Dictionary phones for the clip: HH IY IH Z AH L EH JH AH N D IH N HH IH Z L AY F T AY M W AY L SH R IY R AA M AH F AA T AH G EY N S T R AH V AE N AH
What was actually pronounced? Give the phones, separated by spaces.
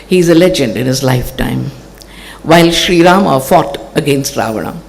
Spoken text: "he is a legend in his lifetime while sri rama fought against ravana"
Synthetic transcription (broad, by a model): HH IY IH Z AH L EH JH AH N D IH N HH IH Z L AY F T AY M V AY L SH R IY R AA M AH F AA T AH G EY N S T R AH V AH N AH